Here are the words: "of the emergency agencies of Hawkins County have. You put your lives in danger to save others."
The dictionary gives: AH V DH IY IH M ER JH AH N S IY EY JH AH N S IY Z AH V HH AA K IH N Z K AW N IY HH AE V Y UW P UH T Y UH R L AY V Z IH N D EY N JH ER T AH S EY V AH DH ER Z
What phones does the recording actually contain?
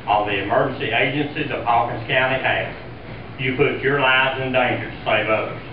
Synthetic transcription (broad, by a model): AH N DH IY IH M ER JH N S IY EY JH AH N S IY Z AH V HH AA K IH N S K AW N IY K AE Y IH P UH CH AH R L AY V Z IH N D EY N JH ER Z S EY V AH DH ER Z